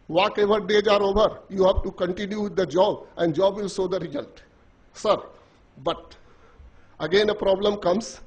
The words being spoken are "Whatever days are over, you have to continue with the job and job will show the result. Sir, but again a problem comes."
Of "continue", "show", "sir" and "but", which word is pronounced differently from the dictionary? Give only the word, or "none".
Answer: show